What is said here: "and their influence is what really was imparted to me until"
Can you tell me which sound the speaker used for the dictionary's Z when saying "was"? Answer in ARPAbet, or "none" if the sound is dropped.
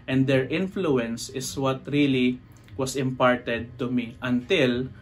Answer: S